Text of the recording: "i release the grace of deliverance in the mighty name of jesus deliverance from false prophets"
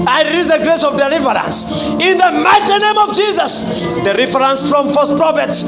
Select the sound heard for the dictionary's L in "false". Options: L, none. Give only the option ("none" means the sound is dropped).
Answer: none